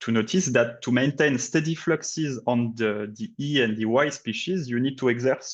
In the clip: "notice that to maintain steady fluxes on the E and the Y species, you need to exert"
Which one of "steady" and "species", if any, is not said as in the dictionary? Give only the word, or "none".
none